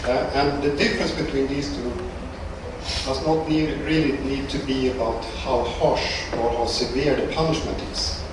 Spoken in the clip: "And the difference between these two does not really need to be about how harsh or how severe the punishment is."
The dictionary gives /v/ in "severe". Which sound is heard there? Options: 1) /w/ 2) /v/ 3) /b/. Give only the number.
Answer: 2